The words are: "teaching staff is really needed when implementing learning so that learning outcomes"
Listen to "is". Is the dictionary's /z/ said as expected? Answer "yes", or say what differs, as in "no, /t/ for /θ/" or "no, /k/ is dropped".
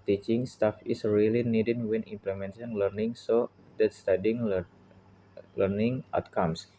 no, /s/ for /z/